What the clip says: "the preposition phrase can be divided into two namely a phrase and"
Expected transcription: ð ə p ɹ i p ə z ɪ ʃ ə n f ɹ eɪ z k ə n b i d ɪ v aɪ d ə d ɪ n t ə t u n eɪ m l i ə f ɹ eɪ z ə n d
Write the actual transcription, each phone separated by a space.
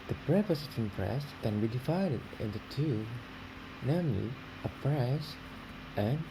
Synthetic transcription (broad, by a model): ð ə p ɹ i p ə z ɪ s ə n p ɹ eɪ s k ə n b i d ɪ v aɪ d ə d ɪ n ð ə t u n eɪ m l i ə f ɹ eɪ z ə n